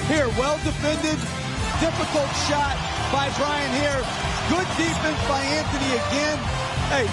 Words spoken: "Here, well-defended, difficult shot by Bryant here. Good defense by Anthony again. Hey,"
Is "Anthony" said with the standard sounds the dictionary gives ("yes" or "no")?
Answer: no